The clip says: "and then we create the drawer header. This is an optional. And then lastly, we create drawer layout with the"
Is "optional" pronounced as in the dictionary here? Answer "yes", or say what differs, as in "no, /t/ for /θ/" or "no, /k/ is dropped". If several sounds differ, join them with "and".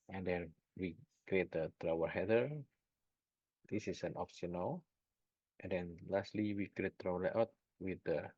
no, /s/ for /ʃ/